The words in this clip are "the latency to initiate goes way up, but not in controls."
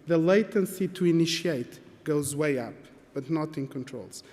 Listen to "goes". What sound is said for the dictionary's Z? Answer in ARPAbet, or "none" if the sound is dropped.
Z